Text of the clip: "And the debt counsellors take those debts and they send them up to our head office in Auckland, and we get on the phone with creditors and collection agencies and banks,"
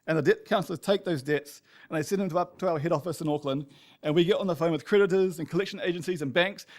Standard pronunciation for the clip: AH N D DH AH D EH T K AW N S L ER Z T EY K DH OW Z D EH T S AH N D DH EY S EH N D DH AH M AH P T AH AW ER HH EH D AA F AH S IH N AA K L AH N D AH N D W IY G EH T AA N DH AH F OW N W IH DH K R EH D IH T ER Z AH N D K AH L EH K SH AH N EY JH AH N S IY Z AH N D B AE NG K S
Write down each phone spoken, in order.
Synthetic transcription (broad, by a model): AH N DH AH D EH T K AW N S L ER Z T EY K DH OW Z D EH T S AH N DH EY S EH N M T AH AH P T AH AW ER HH EH D AA F AH S IH N AA K L AH N D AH N W IY G EH T N DH AH F OW N W IH DH K R EH D IH T ER Z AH N K AH L EH K SH AH N EY JH AH N S IY Z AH N B AE NG K S